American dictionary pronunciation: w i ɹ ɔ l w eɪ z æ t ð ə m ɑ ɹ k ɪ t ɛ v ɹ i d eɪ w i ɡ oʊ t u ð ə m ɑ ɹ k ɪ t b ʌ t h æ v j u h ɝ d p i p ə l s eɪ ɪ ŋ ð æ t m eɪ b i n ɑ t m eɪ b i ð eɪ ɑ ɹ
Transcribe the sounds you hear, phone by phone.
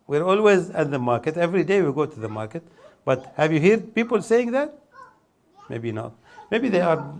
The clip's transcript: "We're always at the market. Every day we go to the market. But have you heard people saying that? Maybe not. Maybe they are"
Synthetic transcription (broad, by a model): w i ɹ ɔ l w eɪ z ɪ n ð ə m ɑ ɹ k ɪ t ɛ v ɹ i d eɪ w i ɡ oʊ t u ð ə m ɑ ɹ k ɪ t b ʌ t h æ v j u h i d p i p ə l s eɪ ɪ ŋ ð æ t m eɪ b i n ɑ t m eɪ b i ð eɪ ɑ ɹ